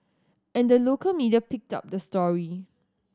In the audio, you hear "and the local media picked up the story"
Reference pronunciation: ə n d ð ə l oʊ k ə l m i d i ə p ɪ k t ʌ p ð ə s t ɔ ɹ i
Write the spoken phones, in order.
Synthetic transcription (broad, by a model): ə n d ə l oʊ k ə l m i d i ə p ɪ k t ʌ p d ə s t ɔ ɹ i